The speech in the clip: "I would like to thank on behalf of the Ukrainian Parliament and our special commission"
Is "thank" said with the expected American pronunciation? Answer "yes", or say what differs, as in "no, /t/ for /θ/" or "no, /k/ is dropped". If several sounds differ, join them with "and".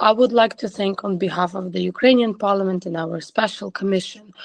yes